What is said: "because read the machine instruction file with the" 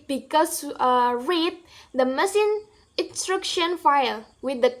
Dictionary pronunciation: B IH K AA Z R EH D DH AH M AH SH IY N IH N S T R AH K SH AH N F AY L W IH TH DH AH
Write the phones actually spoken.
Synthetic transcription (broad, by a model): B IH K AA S R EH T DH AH M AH S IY N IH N S T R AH K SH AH N F AY L W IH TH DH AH